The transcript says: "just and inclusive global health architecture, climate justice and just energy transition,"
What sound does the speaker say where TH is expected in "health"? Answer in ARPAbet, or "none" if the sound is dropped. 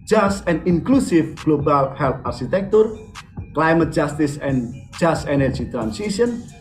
T